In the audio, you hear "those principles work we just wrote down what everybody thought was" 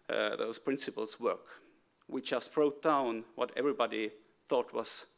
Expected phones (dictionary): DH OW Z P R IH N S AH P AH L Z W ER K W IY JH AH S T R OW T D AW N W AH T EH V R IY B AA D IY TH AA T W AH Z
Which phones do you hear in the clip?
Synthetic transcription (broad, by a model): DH OW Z P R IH N S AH P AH L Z W ER K W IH CH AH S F R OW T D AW N W AH T EH V R IY B AA D IY TH AA T W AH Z